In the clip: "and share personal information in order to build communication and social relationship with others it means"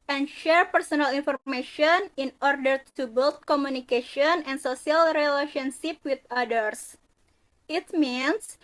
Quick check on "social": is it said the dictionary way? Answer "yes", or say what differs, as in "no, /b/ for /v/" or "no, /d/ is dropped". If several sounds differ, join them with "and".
no, /s/ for /ʃ/